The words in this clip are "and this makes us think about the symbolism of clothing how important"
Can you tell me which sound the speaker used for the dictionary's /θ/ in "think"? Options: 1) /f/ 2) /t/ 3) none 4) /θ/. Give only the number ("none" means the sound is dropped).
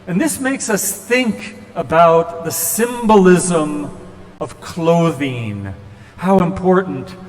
4